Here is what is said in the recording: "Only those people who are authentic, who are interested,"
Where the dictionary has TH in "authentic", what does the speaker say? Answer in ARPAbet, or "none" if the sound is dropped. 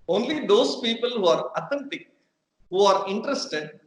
T